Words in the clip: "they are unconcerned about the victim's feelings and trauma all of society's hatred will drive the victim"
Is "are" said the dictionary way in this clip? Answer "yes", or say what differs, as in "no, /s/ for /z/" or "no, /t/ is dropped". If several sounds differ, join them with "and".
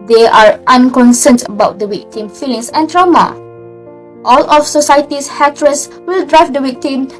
yes